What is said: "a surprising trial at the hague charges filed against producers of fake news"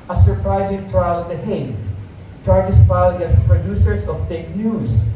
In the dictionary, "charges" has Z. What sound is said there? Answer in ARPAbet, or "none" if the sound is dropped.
S